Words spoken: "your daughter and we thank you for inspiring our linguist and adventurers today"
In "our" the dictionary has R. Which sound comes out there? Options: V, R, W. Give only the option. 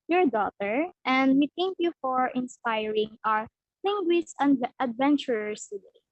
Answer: R